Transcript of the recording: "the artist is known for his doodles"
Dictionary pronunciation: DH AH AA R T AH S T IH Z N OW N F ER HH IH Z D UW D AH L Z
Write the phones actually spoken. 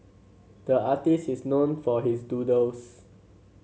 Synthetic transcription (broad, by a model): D AH AA T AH S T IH S N OW N F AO HH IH S D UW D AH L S